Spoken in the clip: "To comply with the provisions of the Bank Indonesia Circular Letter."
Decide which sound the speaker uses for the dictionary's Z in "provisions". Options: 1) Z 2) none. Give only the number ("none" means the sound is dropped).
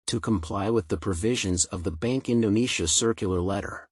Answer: 1